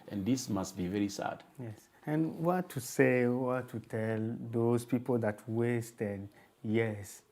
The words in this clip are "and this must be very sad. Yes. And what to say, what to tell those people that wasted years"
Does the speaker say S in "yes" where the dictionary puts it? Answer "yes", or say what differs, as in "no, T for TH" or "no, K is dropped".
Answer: yes